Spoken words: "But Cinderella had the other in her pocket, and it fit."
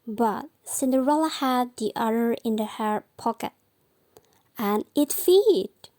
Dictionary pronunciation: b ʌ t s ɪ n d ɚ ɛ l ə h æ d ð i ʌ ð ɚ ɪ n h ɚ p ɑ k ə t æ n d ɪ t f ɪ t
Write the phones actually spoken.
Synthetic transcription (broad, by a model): b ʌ t s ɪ n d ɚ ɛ l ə h æ d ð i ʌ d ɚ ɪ n h ɚ p ɑ k ə t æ n ɪ t f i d